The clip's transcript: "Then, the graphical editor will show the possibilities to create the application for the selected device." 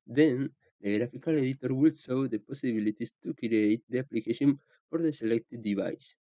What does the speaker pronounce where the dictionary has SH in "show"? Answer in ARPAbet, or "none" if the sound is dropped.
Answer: S